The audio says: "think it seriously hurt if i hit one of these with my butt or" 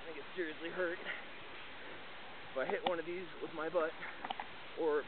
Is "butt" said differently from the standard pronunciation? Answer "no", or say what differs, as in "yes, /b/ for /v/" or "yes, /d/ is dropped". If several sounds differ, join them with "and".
no